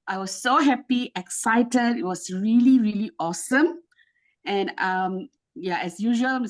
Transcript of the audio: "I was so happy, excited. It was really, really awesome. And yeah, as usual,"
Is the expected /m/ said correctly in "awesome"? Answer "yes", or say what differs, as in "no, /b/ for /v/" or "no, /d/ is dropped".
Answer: yes